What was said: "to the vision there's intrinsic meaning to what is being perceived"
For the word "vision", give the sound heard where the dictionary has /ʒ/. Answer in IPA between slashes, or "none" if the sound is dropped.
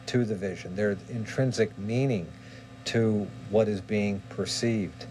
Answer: /ʒ/